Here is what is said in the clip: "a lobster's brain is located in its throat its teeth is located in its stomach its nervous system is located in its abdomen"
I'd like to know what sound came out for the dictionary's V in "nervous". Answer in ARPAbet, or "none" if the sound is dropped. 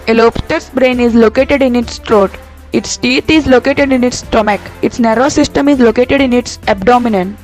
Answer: none